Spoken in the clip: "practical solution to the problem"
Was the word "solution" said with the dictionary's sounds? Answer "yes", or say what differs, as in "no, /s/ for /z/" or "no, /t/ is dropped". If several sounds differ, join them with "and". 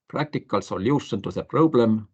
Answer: no, /s/ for /ʃ/